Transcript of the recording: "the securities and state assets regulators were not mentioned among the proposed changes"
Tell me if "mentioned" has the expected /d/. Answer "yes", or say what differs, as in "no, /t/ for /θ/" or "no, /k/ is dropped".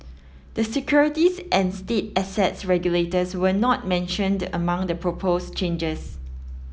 yes